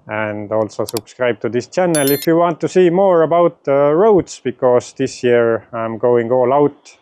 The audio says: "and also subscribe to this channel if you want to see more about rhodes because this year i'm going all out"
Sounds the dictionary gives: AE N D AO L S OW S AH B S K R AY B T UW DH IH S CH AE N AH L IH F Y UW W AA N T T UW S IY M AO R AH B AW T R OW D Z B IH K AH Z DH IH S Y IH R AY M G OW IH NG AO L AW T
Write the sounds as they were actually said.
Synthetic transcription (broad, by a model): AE N D AO L S OW S AH B S K R AY B T UW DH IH S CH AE N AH L IH F Y UW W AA N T T UW S IY M AO R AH B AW T R OW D S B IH K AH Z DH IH S Y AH R AY M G OW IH NG AO L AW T